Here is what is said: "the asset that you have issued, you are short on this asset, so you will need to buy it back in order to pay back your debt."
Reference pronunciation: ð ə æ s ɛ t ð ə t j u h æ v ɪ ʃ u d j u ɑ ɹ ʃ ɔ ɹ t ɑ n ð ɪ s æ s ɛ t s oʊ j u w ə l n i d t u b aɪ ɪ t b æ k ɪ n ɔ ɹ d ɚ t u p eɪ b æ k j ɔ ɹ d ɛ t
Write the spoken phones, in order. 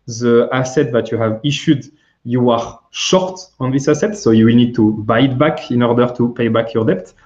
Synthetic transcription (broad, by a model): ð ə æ s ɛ t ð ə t j u h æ v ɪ ʃ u d j u ɑ ɹ ʃ ɔ ɹ t ɑ n ð ɪ s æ s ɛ t s oʊ j u w ə l n i d t u b aɪ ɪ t b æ k ɪ n ɔ ɹ d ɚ t u p eɪ b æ k j ɔ ɹ d ɛ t